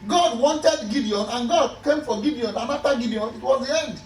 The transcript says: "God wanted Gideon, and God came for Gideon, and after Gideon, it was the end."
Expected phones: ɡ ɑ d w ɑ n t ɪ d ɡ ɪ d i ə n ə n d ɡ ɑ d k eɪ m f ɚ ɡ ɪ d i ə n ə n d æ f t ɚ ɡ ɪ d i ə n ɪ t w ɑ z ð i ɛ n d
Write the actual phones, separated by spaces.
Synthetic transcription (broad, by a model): ɡ ɑ d w ɑ n t ɪ d ɡ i d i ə n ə n ɡ ɑ d k eɪ m f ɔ ɡ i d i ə n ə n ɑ t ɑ ɡ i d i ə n ɪ t w ɑ z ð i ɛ n d